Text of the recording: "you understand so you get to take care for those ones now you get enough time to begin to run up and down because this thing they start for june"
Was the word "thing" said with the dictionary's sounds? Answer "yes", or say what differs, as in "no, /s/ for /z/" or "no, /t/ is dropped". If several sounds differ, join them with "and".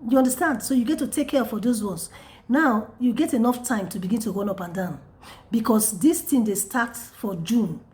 no, /t/ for /θ/